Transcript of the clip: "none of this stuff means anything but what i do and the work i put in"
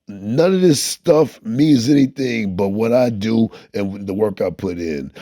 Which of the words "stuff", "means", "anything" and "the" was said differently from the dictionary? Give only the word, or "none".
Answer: none